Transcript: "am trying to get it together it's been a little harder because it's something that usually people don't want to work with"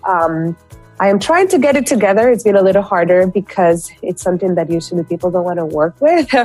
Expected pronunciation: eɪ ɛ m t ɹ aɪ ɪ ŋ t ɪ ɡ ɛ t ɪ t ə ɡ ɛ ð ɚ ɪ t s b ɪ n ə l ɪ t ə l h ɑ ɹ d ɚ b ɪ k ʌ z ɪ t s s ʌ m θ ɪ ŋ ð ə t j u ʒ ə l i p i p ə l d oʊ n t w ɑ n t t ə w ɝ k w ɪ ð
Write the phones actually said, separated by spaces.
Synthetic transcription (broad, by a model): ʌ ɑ m t ɹ aɪ ɪ ŋ t ɪ ɡ ɛ t ɪ t ə ɡ ɛ ð ɚ ɪ t s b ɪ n ə l ɪ t l h ɑ ɹ d ɚ b ɪ k ʌ z ɪ t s s ʌ m θ ɪ ŋ ð ə t j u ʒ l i p i p l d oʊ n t w ɑ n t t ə w ɝ k w ɪ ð